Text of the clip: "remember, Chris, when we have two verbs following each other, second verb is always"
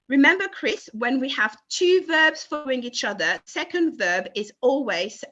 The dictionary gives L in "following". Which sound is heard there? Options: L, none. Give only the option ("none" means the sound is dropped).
none